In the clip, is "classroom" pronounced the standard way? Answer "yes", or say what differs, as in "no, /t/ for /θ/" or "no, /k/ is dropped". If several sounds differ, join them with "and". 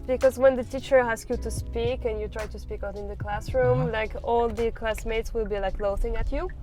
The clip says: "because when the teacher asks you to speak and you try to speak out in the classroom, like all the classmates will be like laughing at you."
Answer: yes